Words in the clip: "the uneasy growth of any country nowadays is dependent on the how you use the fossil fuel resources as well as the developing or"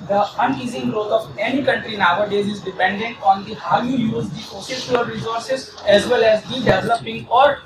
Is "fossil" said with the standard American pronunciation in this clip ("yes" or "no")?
no